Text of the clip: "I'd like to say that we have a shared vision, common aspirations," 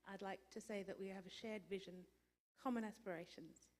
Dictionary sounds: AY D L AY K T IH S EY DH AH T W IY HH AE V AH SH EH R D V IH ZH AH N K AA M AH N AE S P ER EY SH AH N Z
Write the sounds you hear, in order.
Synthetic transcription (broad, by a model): AY D L AY K T IH S EY DH AH T W IY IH V AH SH EH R D V IH ZH AH N K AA M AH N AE S P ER EY SH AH N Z